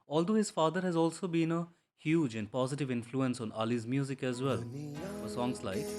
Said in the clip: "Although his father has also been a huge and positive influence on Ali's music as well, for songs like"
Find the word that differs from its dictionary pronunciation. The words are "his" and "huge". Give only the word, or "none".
none